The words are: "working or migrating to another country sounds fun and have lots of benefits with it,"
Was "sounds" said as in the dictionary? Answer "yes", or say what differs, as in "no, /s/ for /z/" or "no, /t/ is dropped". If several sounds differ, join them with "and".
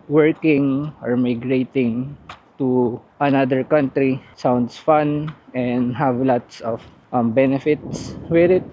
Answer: no, /s/ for /z/